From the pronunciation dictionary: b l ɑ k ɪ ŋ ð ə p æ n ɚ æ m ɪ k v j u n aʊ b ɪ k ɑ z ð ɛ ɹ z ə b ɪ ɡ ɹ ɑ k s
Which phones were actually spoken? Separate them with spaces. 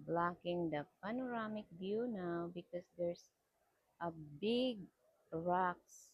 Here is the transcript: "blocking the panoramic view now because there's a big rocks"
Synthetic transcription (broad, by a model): b l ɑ k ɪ ŋ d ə p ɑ n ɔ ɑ m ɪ k b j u n aʊ b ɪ k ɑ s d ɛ ɹ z ə b ɪ ɡ ɹ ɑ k s